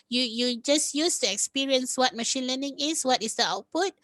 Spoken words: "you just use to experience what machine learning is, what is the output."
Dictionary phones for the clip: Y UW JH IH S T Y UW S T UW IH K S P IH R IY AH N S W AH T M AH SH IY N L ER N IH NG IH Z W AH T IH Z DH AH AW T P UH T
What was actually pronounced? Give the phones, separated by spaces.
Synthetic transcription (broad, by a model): Y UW JH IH S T Y UW S T UW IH K S P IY R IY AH N S W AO T M AH SH IY N L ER N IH NG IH S W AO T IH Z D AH AW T P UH T